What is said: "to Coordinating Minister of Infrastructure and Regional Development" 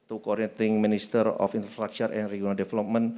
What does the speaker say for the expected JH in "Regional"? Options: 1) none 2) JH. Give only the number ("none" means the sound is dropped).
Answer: 1